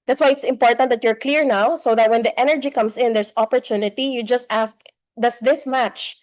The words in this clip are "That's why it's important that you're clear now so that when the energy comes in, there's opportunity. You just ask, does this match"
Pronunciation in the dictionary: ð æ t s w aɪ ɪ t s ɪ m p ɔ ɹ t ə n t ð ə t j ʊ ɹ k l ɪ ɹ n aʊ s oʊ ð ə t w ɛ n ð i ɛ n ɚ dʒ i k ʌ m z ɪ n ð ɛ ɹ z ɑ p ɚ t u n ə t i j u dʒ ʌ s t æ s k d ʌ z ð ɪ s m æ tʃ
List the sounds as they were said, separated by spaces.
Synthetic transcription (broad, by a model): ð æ t s w aɪ ɪ t s ɪ m p ɔ ɹ t ə n t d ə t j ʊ ɹ k l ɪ ɹ n aʊ s oʊ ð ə t w ɛ n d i ɛ n ɚ dʒ i k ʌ m s ɪ n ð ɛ ɹ s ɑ p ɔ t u n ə t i j u dʒ ʌ s t æ s k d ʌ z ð ɪ s m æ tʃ